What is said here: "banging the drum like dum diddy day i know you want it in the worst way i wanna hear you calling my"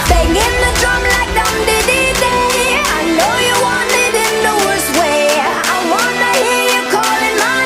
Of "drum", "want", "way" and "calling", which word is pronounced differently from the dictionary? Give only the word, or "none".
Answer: want